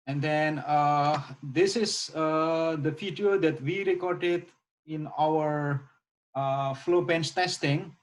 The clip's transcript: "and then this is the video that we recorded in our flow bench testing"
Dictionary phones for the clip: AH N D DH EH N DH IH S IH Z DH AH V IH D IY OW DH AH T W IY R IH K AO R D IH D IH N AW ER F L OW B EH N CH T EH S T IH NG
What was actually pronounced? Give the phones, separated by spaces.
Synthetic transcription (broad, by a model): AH N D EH N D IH S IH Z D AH F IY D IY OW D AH T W IY R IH K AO R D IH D IH N AW ER F L OW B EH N S T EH S T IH NG